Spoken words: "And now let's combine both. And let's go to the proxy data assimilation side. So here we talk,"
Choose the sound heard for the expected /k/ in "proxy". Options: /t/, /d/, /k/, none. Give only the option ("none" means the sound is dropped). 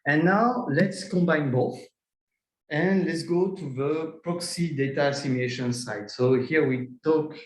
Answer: /k/